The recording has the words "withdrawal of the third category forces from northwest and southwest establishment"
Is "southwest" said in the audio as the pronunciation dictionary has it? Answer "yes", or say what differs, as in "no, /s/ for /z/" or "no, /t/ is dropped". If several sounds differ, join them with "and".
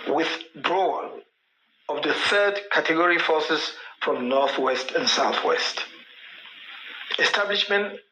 yes